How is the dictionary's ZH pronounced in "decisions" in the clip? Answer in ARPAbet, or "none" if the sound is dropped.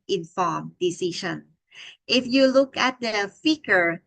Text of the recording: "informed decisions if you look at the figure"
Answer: SH